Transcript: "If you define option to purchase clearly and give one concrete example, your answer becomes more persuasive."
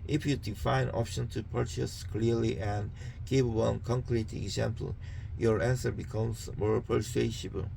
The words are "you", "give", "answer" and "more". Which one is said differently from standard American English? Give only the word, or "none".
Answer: give